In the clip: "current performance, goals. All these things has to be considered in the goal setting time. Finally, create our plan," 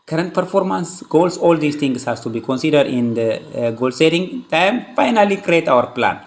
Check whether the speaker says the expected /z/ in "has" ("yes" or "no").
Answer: no